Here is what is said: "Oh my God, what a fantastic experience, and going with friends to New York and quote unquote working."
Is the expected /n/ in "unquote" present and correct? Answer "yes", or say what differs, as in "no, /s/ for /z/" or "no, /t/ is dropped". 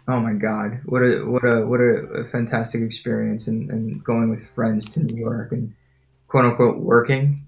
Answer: no, /n/ is dropped